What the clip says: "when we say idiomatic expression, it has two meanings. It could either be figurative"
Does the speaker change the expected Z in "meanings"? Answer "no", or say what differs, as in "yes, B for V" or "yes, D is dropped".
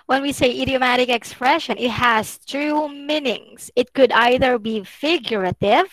yes, S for Z